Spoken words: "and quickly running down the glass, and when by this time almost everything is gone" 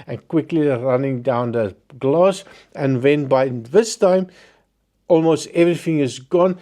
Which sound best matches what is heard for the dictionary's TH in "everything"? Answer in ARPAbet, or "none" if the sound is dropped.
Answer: TH